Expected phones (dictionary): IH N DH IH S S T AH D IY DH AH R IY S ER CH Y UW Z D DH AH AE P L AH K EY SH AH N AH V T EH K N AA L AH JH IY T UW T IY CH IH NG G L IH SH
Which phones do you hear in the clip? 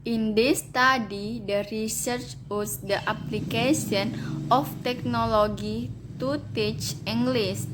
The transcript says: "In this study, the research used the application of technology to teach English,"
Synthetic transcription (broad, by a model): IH N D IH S S T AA D IY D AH R IY S ER CH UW S D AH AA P L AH K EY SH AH N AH F T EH K N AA L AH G IY T UW T IY CH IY NG G L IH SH